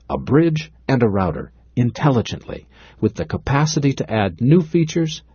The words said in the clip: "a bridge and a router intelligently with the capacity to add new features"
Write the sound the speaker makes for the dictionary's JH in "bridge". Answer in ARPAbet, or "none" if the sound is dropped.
JH